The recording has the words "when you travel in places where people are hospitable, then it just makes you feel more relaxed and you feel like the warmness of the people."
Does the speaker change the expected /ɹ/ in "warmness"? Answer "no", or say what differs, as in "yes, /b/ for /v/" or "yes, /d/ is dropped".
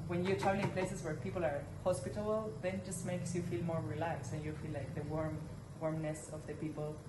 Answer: no